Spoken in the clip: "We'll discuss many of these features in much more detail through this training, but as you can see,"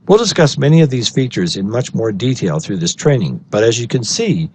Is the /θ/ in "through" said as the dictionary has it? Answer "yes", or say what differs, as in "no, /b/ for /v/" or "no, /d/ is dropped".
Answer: yes